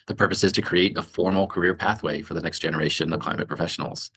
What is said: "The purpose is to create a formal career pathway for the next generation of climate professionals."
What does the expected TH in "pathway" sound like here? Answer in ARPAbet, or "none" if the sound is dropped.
TH